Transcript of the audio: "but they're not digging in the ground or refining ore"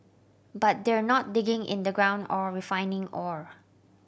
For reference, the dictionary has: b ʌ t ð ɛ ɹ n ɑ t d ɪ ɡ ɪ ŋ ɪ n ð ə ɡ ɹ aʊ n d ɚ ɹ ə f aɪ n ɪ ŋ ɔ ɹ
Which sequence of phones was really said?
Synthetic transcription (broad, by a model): b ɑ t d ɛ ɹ n ɑ t d ɪ ɡ ɪ ŋ ɪ n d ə ɡ ɹ aʊ n d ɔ ɹ ə f aɪ n ɪ ŋ ɔ ɹ